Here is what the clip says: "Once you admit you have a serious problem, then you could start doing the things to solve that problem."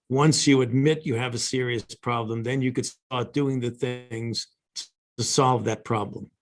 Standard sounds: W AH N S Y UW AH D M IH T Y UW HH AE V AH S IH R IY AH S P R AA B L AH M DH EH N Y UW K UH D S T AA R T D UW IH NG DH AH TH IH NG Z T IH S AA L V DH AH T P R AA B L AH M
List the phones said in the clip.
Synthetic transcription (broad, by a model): W AH N S Y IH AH D M IH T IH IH V AH S IH R IY AH S P R AA B L AH M DH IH N Y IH K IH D S T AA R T D UW IH NG DH AH TH IH NG Z T IH S AA L V DH AH T P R AA B L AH M